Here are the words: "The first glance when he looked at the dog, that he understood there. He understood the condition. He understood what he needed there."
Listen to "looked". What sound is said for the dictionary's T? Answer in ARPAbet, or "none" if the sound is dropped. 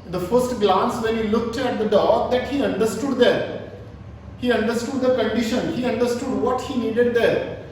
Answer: T